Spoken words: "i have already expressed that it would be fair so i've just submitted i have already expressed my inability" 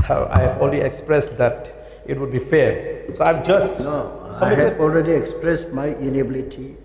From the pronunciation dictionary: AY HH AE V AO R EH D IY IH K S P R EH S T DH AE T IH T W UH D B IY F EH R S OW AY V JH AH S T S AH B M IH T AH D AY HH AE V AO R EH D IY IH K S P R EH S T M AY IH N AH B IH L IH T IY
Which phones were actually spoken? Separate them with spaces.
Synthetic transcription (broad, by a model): AY HH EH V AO L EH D IY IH K S P R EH S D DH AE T IH T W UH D B IY F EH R S OW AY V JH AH S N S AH M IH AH AO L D R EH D IY IH K S P R EH S T M AY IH N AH B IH L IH T IY